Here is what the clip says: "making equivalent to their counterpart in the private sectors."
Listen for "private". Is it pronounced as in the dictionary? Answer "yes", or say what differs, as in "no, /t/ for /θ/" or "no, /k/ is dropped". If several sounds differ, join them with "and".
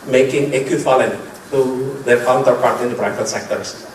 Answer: no, /b/ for /p/ and /f/ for /v/